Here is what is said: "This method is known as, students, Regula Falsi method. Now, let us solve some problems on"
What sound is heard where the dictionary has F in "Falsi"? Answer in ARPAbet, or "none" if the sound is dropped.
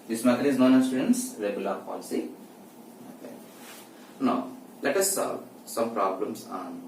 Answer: P